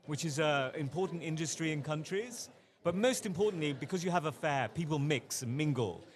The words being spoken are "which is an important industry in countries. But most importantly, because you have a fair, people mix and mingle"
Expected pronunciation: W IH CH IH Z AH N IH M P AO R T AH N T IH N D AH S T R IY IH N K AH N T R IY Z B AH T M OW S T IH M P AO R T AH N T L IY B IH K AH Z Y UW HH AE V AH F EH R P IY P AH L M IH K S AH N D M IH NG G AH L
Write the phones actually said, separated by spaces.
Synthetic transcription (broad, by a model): W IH CH IH Z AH IH M P AO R T N T IH N D AH S T R IY IH N K AH N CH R IY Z B AH T M OW S T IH M P AO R T N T L IY B IH K AH Z Y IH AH V AH F EH P IY P AH L M IH K S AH N M IH NG G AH L